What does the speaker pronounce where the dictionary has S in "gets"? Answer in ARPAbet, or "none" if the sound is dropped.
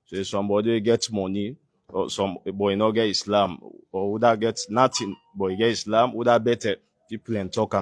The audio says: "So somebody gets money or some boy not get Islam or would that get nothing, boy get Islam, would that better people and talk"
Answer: none